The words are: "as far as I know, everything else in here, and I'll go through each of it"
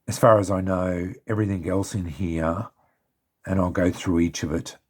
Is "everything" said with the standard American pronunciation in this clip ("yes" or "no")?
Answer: yes